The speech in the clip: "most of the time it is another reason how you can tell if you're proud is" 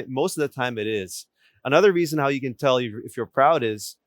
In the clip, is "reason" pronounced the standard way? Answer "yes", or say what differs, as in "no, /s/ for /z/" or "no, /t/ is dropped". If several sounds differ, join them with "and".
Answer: yes